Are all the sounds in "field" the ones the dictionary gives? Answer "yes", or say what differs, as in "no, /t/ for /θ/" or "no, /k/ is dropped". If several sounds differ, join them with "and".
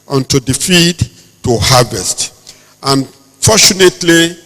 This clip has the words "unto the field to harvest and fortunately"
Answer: no, /l/ is dropped